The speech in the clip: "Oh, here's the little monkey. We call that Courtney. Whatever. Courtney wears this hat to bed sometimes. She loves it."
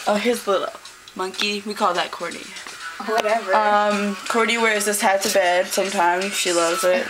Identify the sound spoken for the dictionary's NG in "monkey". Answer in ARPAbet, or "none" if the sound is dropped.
NG